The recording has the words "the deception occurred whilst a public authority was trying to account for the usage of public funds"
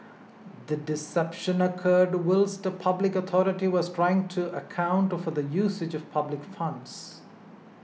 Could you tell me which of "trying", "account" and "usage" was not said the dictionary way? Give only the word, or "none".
none